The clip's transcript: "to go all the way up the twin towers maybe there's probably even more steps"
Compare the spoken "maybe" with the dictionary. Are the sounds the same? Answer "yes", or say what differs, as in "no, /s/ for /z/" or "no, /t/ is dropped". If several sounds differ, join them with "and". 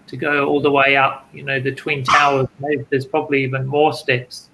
no, /b/ is dropped